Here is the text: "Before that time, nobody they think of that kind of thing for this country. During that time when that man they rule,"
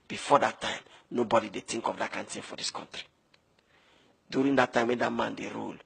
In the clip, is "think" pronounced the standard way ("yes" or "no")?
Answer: no